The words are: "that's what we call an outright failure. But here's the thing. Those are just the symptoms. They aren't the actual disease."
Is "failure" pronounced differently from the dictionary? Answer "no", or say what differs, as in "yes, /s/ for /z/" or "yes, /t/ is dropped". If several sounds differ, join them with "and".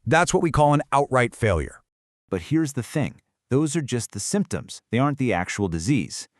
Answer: no